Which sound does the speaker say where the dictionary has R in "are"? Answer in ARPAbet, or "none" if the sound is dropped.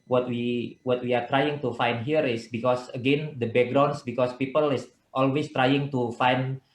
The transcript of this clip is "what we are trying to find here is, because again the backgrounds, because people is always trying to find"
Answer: W